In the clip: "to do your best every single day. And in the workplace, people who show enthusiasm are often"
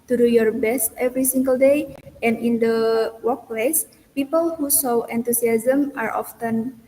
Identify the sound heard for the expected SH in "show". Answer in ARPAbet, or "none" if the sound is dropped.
S